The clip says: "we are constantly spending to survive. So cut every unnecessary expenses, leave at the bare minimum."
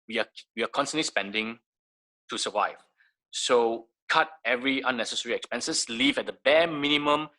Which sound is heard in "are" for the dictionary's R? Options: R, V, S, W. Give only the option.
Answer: W